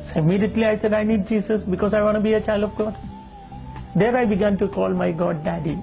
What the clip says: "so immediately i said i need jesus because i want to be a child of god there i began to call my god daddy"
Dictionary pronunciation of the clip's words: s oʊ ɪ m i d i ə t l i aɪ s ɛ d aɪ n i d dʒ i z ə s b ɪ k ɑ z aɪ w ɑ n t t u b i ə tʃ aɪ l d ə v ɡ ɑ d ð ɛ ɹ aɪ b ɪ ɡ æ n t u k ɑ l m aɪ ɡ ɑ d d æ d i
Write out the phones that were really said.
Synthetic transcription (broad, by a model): s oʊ ɪ m i d i ə t l i aɪ s ɛ d aɪ n i d dʒ i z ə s b ɪ k ɑ z aɪ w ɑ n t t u b i ə tʃ aɪ l d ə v ɡ ɑ d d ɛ ɹ aɪ b ɪ ɡ æ n t u k ɑ l m aɪ ɡ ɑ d d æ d i